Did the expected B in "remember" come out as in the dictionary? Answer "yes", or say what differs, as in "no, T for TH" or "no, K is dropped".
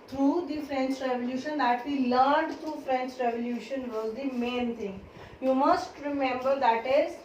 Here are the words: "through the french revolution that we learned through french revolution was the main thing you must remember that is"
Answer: yes